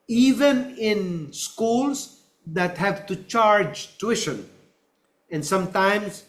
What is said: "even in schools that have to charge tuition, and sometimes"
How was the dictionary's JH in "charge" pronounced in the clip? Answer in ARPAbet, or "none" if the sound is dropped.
JH